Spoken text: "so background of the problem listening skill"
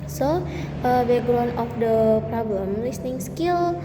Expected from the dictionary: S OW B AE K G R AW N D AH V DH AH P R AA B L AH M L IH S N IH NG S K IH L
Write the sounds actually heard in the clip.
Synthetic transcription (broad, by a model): S OW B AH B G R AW N AH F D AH P R AA B L AH M L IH S N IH NG S K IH L